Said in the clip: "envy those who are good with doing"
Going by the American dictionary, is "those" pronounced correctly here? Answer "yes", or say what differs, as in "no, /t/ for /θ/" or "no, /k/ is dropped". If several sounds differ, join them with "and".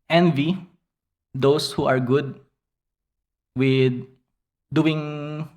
no, /s/ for /z/